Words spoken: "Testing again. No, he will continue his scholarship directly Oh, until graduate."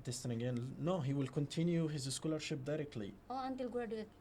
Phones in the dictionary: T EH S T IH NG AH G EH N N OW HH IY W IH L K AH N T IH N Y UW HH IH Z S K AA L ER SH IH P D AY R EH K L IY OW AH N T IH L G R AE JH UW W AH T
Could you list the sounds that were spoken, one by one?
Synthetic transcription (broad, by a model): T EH S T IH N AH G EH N N OW HH IY W IH L K AH N T IH N Y UW HH IH Z S K AA L ER SH IH P D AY R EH K L IY OW AH N T IH L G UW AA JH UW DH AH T